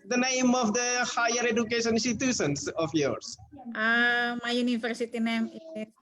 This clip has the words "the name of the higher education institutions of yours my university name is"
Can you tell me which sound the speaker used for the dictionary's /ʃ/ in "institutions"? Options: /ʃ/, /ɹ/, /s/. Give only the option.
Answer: /s/